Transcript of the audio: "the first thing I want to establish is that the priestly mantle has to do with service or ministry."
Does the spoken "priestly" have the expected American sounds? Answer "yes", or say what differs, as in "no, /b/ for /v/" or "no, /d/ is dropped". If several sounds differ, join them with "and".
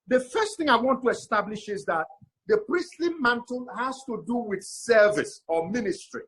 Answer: yes